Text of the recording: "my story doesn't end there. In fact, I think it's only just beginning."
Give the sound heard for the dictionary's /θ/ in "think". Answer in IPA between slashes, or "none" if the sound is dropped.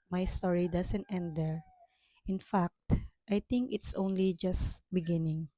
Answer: /t/